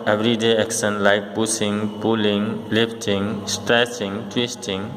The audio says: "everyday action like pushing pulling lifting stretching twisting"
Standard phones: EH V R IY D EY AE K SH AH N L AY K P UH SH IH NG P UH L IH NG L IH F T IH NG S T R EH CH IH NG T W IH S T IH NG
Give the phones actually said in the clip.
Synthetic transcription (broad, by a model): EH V R IY D EY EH K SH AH N L AY K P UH S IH NG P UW L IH NG L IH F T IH NG S T R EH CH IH NG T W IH S T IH NG